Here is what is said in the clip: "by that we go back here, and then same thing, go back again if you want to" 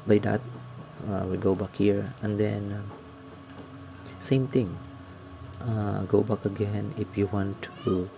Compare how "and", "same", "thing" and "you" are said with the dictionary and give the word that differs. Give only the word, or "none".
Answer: thing